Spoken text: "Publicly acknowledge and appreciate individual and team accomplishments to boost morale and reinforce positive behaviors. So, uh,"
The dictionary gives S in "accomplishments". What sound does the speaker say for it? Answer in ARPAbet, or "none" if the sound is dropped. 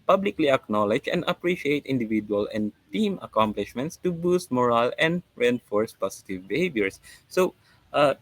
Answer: S